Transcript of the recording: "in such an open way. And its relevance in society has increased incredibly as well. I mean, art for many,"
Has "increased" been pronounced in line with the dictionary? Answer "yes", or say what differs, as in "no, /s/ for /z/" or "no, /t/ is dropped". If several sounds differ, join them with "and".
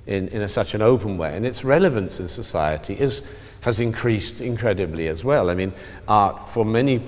yes